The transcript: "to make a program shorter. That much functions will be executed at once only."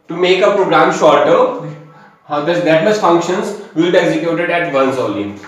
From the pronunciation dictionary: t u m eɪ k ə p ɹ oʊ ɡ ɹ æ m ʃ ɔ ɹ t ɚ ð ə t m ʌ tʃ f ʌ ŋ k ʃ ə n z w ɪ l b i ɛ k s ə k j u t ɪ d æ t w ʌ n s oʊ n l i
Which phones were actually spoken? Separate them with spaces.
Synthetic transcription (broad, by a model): t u m eɪ k ə p ɹ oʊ ɡ ɹ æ m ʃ ɔ ɹ t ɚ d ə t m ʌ s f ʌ ŋ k ʃ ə n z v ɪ l b i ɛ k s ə k j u t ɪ d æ t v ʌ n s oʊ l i